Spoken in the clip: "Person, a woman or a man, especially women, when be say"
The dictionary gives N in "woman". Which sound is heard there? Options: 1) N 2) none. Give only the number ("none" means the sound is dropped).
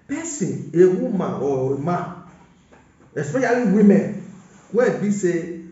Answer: 2